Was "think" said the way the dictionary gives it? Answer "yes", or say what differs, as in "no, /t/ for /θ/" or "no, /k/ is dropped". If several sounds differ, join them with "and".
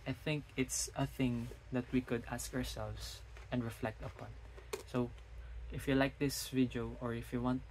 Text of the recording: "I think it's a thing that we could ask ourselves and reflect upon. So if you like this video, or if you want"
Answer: yes